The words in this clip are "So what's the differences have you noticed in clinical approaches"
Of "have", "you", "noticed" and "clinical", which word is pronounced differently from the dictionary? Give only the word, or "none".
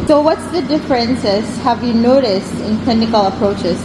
none